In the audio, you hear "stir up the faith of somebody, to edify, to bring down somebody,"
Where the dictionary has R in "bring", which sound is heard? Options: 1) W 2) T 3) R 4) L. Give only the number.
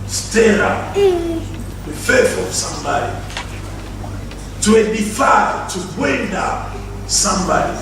1